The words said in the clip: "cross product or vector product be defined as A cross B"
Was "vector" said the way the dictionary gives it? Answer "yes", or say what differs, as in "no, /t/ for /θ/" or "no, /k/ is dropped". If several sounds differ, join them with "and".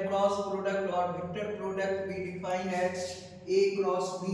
no, /b/ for /v/